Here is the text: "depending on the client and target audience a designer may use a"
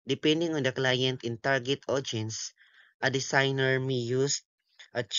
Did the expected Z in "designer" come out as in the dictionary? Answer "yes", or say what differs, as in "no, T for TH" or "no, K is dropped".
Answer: no, S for Z